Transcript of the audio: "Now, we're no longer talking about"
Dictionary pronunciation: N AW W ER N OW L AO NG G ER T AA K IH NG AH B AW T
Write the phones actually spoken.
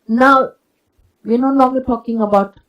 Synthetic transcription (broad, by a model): N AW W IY N OW N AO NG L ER T AA K IH NG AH B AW T